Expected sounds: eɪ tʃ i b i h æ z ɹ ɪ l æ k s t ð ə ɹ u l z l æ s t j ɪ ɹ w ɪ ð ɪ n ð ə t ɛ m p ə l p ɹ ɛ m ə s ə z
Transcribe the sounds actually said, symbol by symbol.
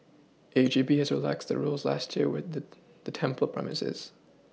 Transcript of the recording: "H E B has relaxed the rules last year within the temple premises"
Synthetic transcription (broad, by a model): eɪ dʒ i b i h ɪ z ɹ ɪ l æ k s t ð ə ɹ u l z l æ s t j ɪ ɹ w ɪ ð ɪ ð ə t ɛ m p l p ɹ ɛ m ə s ə z